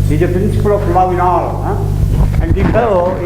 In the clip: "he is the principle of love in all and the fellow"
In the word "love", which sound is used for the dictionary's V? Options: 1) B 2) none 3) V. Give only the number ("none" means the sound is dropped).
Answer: 2